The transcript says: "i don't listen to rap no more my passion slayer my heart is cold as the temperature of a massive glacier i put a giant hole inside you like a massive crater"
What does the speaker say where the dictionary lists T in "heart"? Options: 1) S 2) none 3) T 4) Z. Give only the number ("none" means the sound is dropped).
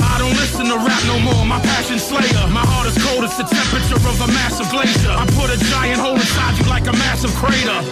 3